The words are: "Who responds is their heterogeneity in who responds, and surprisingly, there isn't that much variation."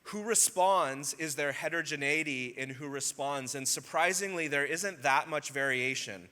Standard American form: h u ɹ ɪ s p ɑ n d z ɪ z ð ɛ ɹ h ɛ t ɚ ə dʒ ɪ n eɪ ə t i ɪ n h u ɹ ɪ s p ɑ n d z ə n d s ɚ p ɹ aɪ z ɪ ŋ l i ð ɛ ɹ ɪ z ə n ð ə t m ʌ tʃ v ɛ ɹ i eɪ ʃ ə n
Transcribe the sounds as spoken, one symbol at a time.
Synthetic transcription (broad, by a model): h u ɹ ɪ s p ɑ n d z ɪ z ð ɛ ɹ h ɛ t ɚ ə dʒ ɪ n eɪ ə t i ɪ n h u ɹ ɪ s p ɑ n d z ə n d s ɚ p ɹ aɪ z ɪ ŋ l i ð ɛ ɹ ɪ z ə n ð ə t m ʌ tʃ v ɛ ɹ i eɪ ʃ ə n